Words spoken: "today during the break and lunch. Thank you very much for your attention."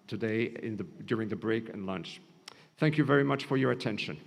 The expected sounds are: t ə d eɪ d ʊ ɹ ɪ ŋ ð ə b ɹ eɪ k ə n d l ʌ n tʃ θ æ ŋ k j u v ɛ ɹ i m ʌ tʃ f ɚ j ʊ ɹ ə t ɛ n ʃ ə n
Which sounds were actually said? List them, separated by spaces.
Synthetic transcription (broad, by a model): t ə d eɪ d ʊ ɹ ɪ ŋ ð ə b ɹ eɪ k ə n l ʌ n tʃ θ æ ŋ k j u v ɛ ɹ i m ʌ tʃ f ɚ j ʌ ɹ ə t ɛ n ʃ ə n